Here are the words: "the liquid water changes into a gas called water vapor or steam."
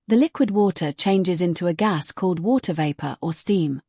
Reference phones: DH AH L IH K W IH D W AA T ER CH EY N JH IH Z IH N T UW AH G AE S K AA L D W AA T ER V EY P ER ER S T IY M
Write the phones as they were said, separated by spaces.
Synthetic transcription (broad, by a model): DH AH L IH K W IH D W AA T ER CH EY N JH IH Z IH N T UW AH G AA S K AA L D W AA T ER V EY P ER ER S T IY M